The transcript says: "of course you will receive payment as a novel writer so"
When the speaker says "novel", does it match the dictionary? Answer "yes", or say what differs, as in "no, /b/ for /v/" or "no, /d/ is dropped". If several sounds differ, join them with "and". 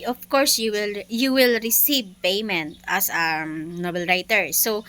no, /b/ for /v/